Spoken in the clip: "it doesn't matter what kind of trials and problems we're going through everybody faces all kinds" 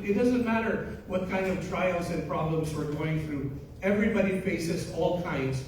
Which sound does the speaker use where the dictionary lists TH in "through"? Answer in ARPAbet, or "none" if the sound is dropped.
TH